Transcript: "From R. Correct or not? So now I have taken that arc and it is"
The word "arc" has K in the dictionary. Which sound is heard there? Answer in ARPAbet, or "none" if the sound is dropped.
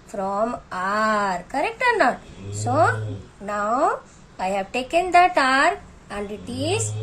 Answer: none